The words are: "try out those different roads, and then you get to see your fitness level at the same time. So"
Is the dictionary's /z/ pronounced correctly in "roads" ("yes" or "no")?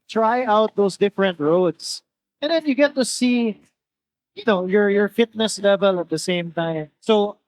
no